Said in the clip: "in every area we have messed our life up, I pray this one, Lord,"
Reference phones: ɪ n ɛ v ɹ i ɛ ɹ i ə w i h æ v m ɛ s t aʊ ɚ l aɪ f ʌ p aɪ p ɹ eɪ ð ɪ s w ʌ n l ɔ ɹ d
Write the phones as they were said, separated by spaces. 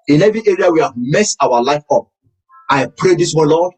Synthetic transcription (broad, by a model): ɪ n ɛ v i ɛ ɹ i ə w i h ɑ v m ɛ s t aʊ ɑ l aɪ f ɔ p aɪ p ɹ eɪ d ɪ s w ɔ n l ɔ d